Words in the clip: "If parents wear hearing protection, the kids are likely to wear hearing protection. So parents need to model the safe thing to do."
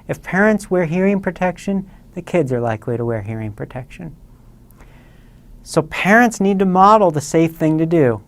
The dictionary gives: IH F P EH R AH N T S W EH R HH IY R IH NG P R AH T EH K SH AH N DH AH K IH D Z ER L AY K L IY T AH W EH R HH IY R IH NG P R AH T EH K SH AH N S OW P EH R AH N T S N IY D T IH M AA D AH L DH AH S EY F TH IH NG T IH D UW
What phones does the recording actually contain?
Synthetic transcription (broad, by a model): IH F P EH R AH N T S W EH R HH IY R IH NG P R AH T EH K SH AH N DH AH K IH D Z ER L AY K L IY T AH W EH R HH IY R IH NG P R AH T EH K SH AH N S OW P EH R AH N T S N IY D T IH M AA D L DH AH S EY F TH IH NG T IH D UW